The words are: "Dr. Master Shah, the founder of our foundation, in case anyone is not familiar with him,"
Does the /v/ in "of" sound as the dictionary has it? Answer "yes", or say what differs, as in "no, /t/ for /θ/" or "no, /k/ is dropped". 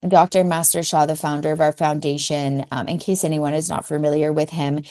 yes